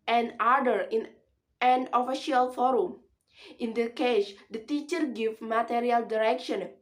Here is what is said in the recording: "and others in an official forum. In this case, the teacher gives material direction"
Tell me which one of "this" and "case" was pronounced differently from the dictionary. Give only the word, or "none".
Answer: this